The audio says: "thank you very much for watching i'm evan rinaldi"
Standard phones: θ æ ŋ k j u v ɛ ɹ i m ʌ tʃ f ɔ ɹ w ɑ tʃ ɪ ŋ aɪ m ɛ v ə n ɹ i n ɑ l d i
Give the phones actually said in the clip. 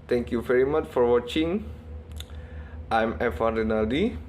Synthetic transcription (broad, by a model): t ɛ ŋ k j u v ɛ ɹ i m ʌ tʃ f ɔ ɹ w ɑ tʃ ɪ ŋ aɪ m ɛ f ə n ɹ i n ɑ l d i